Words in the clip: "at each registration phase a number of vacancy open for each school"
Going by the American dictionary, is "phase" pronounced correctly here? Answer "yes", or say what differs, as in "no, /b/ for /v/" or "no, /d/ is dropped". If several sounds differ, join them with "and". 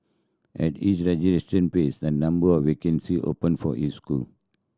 no, /p/ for /f/